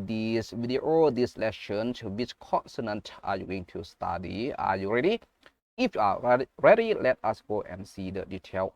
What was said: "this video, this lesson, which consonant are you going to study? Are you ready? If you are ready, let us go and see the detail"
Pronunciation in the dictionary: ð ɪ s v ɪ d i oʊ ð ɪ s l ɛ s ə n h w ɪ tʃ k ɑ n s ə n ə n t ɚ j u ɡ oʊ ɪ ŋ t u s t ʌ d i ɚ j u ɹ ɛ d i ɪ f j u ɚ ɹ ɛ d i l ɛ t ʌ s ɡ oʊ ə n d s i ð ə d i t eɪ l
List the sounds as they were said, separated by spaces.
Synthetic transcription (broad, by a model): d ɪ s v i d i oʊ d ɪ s l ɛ ʃ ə n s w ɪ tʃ k ɑ n s ə n ə n t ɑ j u ɡ oʊ ɪ ŋ t u s t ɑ d i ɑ j u ɹ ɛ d i ɪ f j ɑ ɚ ɹ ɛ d i l ɛ t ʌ s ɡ oʊ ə n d s i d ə d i t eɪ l